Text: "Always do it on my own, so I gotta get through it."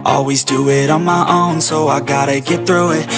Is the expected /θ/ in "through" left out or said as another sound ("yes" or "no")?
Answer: no